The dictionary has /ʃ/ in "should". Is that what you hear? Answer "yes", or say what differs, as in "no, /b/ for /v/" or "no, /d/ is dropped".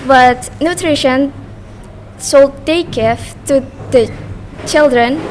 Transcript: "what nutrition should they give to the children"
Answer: no, /s/ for /ʃ/